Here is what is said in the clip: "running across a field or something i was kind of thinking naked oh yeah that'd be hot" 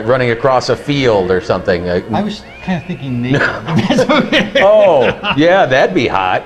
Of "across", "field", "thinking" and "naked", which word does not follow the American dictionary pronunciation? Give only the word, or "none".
naked